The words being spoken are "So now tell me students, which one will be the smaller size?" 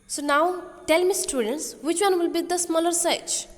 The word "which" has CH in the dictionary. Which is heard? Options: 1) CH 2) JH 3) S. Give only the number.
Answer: 1